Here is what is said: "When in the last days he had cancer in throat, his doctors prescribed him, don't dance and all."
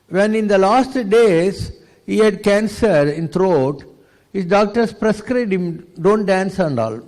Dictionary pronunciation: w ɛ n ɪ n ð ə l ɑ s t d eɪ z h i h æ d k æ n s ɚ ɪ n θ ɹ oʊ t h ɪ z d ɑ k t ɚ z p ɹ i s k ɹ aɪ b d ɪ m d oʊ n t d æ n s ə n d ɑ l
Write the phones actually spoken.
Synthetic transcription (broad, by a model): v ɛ n ɪ n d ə l ɑ s t d eɪ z h i h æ d k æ n s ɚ ɪ n t ɹ oʊ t h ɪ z d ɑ k t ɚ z p ɹ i s k ɹ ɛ d ɪ m d oʊ n t d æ n s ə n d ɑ l